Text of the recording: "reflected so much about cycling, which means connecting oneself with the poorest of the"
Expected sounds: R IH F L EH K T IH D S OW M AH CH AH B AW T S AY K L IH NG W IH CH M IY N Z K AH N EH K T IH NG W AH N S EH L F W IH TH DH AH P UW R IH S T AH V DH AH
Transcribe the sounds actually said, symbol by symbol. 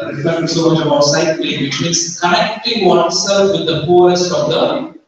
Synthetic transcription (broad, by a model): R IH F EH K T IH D S OW M AH CH AH B AW T S AY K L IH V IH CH M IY N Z K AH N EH K T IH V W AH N S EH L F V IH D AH F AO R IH S T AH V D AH